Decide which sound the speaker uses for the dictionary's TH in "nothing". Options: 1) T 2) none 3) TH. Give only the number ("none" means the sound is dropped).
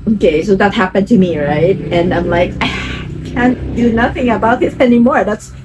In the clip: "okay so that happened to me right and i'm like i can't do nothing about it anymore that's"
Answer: 3